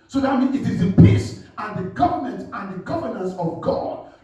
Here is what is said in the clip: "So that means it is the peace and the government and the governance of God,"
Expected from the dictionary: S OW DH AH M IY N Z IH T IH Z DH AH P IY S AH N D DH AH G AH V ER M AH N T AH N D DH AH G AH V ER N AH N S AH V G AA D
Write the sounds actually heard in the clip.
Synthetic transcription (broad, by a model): S OW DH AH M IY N IH T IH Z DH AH P IY S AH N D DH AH G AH V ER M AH N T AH N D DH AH G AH V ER N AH N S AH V G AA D